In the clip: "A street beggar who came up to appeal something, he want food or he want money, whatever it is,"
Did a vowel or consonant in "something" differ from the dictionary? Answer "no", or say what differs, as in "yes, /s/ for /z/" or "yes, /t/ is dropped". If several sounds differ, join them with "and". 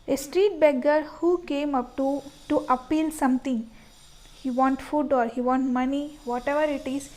yes, /t/ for /θ/